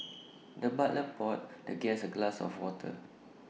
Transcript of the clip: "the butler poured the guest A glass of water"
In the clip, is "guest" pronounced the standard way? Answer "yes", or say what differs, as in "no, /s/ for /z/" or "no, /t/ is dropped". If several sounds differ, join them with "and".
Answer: no, /t/ is dropped